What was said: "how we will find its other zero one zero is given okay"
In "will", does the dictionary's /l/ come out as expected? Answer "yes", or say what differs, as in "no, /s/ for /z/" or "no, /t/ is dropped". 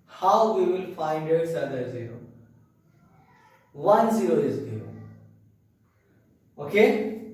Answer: yes